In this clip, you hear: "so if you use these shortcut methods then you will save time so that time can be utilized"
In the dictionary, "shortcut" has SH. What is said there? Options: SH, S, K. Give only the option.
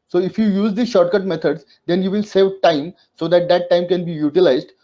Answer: SH